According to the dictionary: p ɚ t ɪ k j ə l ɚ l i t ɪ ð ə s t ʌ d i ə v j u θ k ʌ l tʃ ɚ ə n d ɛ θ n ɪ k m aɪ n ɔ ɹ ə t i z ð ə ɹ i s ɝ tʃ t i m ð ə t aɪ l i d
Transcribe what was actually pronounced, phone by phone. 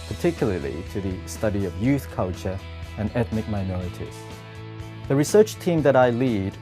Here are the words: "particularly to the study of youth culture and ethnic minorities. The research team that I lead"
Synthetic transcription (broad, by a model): p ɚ t ɪ k j l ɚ l i t ɪ ð ə s t ʌ d i ə v j u θ k ʌ l tʃ ɚ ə n ɛ θ n ɪ k m aɪ n ɔ ɹ ə t i z ð ə ɹ i s ɝ tʃ t i m ð ə t aɪ l i d